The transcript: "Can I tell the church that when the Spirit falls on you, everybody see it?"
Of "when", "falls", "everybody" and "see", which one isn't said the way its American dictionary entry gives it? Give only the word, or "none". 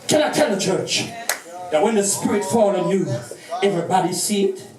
falls